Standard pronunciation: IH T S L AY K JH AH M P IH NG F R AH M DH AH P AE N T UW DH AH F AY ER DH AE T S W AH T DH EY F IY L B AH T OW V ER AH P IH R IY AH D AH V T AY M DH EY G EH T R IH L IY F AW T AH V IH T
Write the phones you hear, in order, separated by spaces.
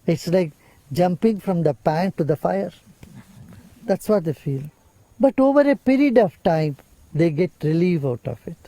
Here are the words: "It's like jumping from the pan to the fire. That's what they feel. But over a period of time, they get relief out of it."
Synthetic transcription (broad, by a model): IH T S L AY K JH AH M P IH NG F R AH M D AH P AE N T UW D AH F AY ER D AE T S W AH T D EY F IY L B AH T OW V ER AH P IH R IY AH D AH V T AY M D EY G EH T R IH L IY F AW T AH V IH T